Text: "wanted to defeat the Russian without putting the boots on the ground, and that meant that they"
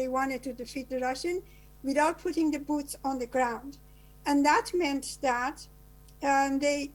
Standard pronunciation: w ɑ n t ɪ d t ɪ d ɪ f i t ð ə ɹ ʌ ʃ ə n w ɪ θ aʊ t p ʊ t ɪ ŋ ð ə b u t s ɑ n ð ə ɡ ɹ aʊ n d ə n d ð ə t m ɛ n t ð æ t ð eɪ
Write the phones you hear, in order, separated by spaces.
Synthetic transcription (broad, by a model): w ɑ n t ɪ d t ɪ d ɪ f i t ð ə ɹ ʌ ʃ ə n w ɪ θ aʊ t p ʊ t ɪ ŋ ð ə b u t s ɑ n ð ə ɡ ɹ aʊ n d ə n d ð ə t m ɛ n t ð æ t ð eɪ